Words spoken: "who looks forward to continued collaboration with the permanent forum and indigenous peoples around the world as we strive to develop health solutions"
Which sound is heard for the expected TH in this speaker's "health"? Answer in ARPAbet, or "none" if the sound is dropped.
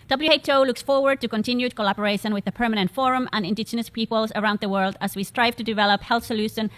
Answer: TH